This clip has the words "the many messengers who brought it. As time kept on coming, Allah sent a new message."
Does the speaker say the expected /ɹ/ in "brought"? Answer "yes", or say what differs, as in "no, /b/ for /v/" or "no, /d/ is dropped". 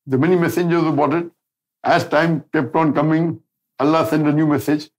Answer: no, /ɹ/ is dropped